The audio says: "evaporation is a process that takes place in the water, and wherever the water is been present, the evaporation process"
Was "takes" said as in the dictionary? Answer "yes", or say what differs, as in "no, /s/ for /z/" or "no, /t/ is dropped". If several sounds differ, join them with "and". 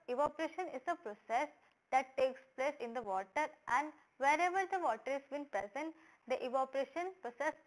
yes